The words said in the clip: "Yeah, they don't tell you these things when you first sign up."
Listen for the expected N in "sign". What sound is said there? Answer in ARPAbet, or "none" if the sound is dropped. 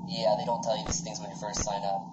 N